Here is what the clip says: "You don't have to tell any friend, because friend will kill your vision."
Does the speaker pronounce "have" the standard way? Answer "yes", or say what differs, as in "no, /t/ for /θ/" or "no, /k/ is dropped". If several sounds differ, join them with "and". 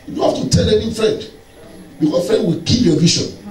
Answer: no, /f/ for /v/